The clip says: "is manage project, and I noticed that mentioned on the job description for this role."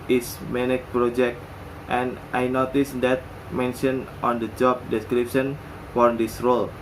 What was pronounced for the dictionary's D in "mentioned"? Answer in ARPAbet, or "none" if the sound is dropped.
none